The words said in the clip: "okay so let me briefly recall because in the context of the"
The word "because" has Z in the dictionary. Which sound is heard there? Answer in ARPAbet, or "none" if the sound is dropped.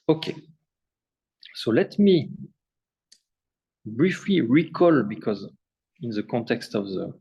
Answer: Z